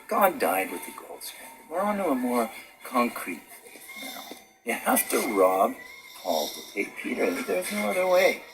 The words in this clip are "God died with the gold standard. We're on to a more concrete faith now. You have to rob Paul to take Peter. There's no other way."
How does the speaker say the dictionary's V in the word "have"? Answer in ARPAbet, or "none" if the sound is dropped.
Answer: F